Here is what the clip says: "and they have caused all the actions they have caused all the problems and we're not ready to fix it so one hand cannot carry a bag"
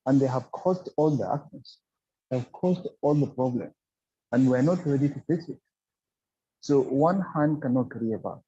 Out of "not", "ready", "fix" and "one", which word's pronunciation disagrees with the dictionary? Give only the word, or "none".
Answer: fix